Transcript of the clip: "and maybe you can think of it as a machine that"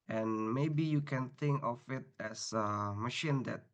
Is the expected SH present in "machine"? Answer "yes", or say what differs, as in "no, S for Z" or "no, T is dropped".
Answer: yes